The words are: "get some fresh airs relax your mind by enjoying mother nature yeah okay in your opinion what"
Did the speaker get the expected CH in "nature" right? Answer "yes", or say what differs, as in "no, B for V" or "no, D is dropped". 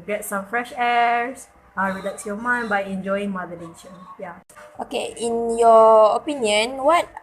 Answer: no, SH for CH